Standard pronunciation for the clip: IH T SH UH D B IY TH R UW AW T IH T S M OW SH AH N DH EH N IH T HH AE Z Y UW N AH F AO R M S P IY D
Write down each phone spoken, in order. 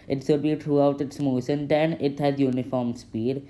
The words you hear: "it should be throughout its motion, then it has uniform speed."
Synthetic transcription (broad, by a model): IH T S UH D B IY T R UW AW T IH T S M OW SH AH N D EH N IH T HH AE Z Y UW N AH F AO R M S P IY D